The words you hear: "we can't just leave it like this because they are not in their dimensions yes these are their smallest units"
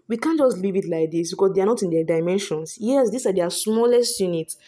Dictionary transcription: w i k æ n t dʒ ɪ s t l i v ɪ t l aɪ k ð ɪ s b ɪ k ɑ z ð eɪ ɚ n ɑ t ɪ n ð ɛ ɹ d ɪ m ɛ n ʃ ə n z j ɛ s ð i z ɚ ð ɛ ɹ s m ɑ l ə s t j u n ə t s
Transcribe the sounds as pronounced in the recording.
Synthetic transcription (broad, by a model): w i k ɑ n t dʒ ɪ s t l i v ɪ t l aɪ k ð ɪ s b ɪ k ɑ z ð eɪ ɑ n ɑ t ɪ n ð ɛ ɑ d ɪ m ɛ n ʃ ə n s j ɛ s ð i s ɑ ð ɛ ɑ s m ɑ l ə s t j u n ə t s